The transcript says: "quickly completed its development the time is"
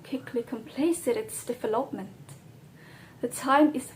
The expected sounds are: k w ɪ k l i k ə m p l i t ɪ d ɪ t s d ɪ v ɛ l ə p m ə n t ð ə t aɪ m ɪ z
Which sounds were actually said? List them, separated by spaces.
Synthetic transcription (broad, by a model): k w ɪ k l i k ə m p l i s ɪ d ɪ t s d ɪ v ɛ l ə p m ə n t ð ə t aɪ m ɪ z